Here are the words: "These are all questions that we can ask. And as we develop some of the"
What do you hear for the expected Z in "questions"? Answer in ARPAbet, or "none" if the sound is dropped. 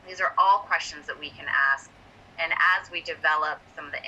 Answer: Z